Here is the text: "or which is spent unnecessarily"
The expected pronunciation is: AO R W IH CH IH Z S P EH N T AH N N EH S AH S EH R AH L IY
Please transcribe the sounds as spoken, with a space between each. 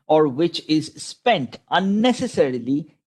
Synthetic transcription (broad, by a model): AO R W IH CH IH Z S P EH N T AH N N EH S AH S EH R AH L IY